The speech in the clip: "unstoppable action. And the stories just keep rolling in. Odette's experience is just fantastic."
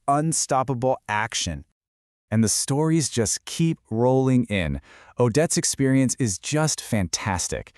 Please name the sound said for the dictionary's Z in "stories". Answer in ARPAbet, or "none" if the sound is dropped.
Z